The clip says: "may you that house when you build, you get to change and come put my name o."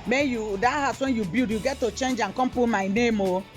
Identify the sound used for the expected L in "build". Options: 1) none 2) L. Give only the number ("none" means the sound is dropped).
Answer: 1